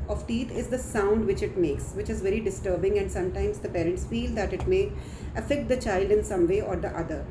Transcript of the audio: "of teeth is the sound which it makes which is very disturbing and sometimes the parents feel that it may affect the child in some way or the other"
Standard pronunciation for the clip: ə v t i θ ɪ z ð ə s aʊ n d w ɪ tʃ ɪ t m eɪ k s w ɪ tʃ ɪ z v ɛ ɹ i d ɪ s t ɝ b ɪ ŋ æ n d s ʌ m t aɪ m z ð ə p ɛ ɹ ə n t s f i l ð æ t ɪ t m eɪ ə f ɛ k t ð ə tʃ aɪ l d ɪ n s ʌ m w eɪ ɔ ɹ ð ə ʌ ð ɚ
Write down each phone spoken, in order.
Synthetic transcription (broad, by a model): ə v t i t ɪ z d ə s aʊ n d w ɪ tʃ ɪ t m eɪ k s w ɪ tʃ ɪ z v ɛ ɹ i d ɪ s t ɝ b ɪ ŋ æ n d s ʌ m t aɪ m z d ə p ɛ ɹ ə n t s f i l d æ t ɪ t m eɪ ə f ɛ k t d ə tʃ aɪ l d ɪ n s ʌ m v eɪ ɔ ɹ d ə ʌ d ɚ